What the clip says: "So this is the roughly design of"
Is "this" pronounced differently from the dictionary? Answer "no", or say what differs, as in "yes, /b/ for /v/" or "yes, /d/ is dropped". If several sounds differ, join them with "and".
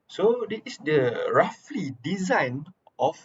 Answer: yes, /s/ is dropped